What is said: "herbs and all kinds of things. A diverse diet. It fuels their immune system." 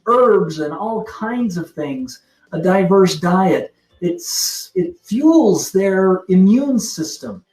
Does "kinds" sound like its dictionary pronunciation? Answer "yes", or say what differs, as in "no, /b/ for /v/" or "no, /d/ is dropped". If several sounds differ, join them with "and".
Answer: yes